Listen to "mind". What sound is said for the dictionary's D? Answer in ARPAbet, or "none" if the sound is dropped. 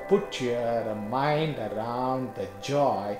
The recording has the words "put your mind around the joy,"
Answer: D